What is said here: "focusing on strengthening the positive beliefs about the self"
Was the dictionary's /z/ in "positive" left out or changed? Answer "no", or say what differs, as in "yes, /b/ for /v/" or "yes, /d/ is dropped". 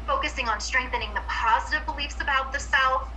no